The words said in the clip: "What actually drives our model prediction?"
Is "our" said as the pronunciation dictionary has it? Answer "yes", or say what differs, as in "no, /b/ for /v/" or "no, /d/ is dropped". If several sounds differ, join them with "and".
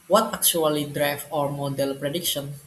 yes